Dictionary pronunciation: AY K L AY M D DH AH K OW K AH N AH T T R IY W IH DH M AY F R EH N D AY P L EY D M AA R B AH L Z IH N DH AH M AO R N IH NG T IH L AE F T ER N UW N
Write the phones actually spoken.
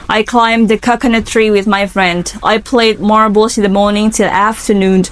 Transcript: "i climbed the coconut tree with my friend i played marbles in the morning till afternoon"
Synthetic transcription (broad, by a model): AY K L AY M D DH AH K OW K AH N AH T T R IY W IH DH M AY F R EH N D AY P L EY D M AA R B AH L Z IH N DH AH M AO R N IH NG T IH L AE F T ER N UW N